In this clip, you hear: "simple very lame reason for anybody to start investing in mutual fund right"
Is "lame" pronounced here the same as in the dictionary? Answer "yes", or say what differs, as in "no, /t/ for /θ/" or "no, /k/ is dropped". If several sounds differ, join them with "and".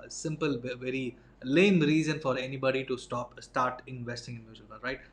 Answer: yes